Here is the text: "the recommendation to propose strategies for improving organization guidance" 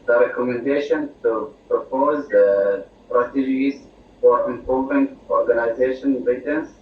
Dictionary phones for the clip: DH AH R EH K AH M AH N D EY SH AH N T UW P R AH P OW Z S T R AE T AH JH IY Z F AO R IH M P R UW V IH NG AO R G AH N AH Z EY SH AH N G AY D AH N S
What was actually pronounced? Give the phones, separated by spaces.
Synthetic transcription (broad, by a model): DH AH R EH K AH M AH N D EY SH AH N T UW P R AH P OW Z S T R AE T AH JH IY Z F AO R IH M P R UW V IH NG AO R G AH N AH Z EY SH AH N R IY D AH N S